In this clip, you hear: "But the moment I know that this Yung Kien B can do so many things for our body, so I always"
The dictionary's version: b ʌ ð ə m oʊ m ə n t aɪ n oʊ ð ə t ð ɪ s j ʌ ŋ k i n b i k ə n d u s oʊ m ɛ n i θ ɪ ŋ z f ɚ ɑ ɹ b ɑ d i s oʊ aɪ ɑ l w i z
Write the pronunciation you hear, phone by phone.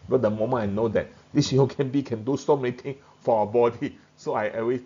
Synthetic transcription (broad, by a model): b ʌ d ə m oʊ m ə n aɪ n oʊ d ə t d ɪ s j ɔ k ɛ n b i k ə n d u s oʊ m ɛ n i t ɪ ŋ f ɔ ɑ b ɑ d i s oʊ aɪ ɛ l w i